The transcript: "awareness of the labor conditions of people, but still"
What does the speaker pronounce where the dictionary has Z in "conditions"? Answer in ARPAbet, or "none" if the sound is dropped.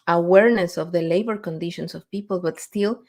S